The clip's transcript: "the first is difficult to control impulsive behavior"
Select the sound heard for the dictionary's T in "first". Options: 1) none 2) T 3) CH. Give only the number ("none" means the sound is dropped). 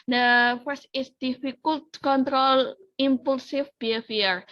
1